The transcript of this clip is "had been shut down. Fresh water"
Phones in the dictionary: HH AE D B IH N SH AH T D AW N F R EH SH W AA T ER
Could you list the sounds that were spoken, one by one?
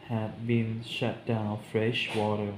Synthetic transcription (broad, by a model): HH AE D B IH N SH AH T D AW N F R EH SH W AA T ER